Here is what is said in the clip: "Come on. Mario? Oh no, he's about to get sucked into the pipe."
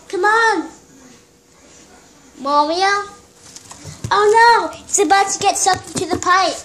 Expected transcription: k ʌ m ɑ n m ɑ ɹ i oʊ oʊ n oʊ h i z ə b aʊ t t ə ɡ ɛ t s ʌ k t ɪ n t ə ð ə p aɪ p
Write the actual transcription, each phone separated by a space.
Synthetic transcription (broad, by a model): k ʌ m ɑ n m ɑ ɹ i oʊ oʊ n oʊ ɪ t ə b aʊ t t ə ɡ ɛ t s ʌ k ɪ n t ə ð ə p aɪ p